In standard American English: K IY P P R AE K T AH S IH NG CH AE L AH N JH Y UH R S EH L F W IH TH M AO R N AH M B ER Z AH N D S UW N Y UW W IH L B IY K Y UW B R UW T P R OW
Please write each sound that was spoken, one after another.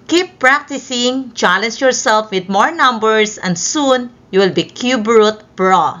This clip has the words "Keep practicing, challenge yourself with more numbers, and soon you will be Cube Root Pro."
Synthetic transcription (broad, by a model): K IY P P R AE K T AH S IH NG CH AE L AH N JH Y UH R S EH L F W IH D M AO R N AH M B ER S AH N D S UW N Y UW W IH L B IY K Y UW B R UW T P R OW